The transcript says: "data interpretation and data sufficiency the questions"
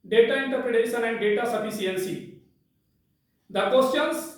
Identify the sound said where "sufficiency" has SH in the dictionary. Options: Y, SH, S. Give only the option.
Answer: S